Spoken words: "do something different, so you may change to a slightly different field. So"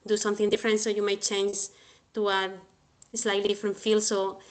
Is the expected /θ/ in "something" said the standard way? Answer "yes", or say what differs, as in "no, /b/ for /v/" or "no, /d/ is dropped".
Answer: yes